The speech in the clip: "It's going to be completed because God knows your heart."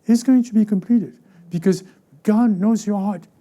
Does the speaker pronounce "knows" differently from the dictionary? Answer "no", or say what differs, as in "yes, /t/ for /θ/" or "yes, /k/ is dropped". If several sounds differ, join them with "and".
no